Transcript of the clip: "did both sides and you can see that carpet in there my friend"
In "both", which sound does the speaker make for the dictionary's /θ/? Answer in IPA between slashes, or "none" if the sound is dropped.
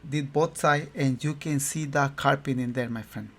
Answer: /t/